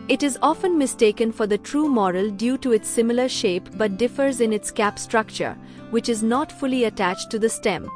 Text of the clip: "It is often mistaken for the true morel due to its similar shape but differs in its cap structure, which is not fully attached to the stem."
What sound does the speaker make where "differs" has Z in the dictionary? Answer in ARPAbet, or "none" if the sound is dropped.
Z